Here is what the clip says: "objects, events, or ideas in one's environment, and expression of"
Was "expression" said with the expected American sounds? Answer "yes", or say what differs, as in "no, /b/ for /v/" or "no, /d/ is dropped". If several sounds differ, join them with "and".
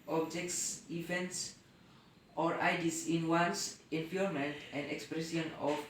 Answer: no, /s/ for /ʃ/